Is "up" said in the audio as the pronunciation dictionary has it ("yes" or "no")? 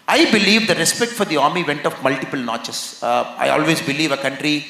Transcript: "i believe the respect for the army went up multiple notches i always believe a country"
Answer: no